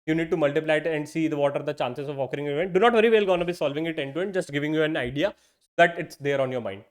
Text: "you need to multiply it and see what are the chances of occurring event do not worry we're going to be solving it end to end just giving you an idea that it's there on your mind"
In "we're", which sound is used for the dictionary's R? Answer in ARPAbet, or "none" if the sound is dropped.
L